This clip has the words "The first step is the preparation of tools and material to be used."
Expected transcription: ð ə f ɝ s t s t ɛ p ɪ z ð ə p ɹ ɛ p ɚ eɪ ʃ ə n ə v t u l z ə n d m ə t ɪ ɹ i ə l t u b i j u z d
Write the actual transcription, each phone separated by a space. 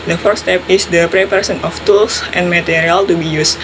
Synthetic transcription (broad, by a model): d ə f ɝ t s t ɛ p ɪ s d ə p ɹ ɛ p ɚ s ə n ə f t u l s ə n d m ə t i ɹ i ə l t u b i j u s